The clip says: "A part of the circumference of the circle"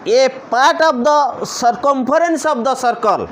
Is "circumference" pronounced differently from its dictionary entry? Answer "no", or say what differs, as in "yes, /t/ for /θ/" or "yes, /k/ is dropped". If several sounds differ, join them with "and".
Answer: yes, /p/ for /f/